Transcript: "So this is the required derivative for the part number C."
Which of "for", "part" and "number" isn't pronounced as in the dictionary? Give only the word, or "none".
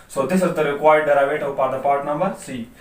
for